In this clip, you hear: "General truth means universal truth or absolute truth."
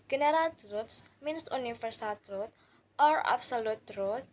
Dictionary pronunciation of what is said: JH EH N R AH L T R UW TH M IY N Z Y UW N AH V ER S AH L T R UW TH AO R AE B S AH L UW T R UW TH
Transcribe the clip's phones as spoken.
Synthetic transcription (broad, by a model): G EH N R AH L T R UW T M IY N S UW N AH F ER S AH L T R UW T AO R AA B S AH L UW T R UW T